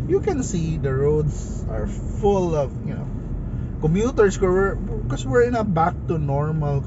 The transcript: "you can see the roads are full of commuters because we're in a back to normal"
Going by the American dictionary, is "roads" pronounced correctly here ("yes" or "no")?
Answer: no